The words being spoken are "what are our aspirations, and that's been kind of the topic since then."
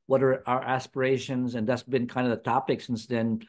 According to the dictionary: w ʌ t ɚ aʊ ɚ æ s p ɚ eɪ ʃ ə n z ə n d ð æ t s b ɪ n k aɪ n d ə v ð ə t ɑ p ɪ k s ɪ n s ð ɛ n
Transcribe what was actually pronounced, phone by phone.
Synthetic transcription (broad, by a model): w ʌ t ɚ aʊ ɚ æ s p ɚ eɪ ʃ ə n z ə n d ð æ t s b ɪ n k aɪ n d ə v ð ə t ɑ p ɪ k s ɪ n s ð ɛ n